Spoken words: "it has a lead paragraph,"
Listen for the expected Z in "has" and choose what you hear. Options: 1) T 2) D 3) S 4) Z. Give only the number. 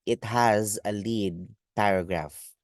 4